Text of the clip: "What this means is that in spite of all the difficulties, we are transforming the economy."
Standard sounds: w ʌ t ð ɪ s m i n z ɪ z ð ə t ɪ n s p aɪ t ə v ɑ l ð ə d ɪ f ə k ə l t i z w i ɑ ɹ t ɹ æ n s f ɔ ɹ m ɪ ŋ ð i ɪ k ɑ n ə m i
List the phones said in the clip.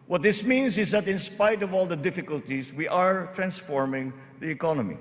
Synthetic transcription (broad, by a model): w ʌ t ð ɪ s m i n s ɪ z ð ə t ɪ n s p aɪ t ə v ɑ l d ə d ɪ f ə k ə l t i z w i ɑ ɹ t ɹ æ n s f ɔ ɹ m ɪ ŋ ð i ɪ k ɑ n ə m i